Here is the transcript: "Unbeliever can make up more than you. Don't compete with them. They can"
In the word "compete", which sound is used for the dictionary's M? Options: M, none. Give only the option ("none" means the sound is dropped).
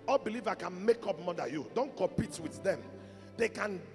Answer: none